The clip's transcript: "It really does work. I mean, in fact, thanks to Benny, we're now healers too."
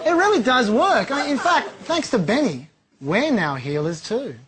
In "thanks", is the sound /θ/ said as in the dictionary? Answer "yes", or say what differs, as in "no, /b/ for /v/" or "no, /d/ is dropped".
yes